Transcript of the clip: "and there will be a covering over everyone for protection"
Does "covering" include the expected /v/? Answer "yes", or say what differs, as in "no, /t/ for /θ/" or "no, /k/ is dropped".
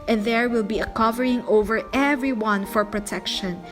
yes